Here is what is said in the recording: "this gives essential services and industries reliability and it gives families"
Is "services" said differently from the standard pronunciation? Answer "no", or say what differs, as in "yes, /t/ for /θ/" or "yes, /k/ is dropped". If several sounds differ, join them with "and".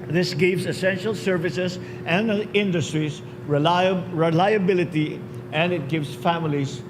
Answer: yes, /s/ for /z/